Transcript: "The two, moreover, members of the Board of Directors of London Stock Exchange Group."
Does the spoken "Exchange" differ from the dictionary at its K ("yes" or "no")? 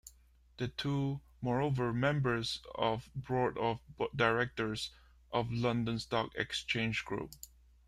no